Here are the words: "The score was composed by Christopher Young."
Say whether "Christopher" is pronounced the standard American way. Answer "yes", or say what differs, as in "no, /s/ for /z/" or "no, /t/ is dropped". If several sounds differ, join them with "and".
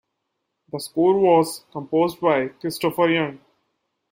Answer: yes